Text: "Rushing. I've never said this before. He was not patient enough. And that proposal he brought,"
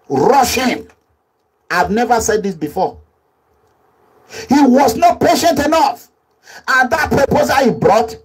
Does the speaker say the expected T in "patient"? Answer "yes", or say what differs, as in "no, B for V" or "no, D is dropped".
yes